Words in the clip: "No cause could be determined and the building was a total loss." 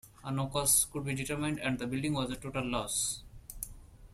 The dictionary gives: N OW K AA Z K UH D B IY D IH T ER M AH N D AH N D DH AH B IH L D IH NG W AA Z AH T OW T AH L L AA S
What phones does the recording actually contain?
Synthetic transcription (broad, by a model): N OW K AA S K UH D B IY D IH T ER M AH N D AH N D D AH B IH L D IH NG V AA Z AH T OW T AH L L AA S